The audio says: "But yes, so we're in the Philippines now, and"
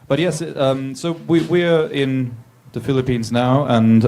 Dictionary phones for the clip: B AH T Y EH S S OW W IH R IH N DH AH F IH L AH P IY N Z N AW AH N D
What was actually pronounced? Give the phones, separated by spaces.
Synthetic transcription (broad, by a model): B AH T Y EH S S OW W IH R IH N DH AH F IH L AH P IY N Z N AW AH N